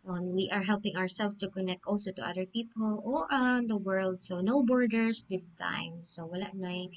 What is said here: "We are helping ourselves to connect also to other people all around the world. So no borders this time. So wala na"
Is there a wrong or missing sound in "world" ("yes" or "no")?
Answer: no